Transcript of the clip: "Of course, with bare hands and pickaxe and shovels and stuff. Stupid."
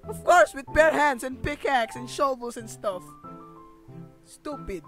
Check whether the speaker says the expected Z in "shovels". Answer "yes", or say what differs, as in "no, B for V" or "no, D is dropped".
no, S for Z